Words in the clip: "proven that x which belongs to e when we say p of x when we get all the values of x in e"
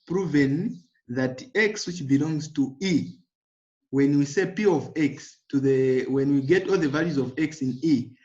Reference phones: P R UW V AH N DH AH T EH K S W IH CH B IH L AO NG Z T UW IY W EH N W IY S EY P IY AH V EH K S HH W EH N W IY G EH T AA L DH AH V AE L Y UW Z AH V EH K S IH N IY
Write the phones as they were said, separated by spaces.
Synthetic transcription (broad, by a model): P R UW V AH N DH AH T EH K S W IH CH B IH L AO NG Z T UW IY W EH N W IY S EY P IY AH V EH K S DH W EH N W IY G EH T AA L DH AH V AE L Y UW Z AH V EH K S IH N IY